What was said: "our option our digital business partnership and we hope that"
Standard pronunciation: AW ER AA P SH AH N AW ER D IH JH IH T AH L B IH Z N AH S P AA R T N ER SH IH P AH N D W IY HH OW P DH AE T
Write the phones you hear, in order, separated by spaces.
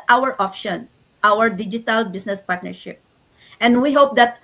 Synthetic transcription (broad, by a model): AW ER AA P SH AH N AW ER D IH JH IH T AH L B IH S N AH S P AA R T N ER SH IH P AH N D W IY HH OW P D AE T